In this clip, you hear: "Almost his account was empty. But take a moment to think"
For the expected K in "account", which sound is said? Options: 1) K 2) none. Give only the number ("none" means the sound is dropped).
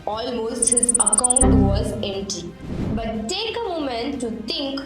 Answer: 1